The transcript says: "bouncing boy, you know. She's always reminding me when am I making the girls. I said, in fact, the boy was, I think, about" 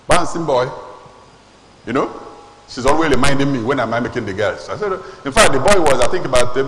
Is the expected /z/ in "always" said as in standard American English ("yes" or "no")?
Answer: no